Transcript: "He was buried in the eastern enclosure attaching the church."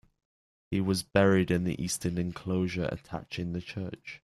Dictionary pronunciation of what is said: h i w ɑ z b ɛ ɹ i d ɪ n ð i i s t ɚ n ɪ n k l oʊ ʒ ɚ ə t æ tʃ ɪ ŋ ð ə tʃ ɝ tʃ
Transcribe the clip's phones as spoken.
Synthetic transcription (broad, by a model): h i w ɑ z b ɛ ɹ i d ɪ n ð i i s t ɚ n ɪ n k l oʊ ʒ ɚ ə t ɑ tʃ ɪ ŋ ð ə tʃ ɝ tʃ